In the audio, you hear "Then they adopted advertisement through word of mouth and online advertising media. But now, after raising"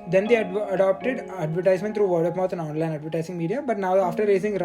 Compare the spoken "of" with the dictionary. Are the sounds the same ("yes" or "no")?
no